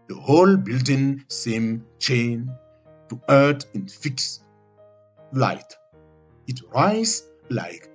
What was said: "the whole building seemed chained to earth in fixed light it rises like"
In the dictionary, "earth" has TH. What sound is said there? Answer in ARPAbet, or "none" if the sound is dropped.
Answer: T